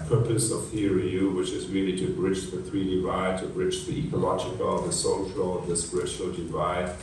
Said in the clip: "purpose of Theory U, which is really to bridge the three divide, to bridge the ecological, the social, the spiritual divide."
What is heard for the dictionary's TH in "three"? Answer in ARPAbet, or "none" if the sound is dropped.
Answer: TH